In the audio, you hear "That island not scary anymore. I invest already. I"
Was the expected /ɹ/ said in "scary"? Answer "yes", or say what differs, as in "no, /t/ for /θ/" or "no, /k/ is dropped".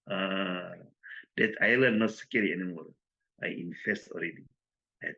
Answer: no, /l/ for /ɹ/